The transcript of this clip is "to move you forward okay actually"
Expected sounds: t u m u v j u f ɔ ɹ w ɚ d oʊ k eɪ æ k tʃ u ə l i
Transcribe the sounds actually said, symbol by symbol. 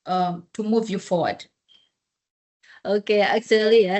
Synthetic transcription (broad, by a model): t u m u v j u f ɔ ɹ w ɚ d oʊ k eɪ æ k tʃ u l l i